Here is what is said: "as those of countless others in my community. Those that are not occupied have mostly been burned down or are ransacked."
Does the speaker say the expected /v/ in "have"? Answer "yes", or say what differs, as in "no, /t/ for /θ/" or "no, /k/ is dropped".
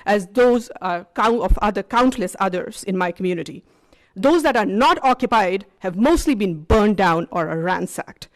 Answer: yes